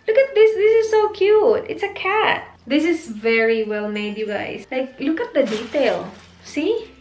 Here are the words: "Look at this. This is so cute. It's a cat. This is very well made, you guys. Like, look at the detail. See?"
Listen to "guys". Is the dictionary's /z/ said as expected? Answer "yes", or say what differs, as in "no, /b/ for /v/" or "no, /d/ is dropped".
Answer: no, /s/ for /z/